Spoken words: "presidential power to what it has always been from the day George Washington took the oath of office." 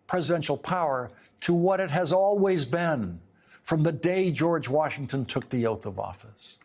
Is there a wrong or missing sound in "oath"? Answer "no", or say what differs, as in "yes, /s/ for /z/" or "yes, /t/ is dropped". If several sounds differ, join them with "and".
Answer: no